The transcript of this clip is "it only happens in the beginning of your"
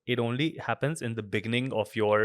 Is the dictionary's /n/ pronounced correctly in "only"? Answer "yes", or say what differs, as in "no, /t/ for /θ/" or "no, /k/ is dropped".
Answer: yes